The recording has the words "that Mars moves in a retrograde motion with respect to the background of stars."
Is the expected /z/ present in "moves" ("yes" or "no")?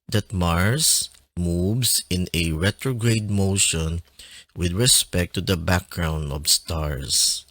no